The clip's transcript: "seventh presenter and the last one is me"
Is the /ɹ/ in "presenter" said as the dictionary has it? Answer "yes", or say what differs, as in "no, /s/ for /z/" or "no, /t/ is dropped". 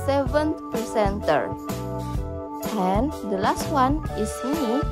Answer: no, /ɹ/ is dropped